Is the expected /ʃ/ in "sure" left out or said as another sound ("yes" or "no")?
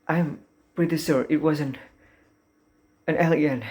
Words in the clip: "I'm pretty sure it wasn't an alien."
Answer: yes